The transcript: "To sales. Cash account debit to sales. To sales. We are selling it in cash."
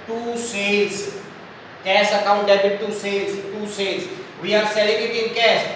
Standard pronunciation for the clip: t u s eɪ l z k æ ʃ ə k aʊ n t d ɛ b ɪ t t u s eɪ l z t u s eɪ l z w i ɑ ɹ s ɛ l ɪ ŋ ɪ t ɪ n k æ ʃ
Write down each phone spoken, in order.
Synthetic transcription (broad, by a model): t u s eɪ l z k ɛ s ə k aʊ n t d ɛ ɪ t t u s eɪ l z t u s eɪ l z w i ɑ ɹ s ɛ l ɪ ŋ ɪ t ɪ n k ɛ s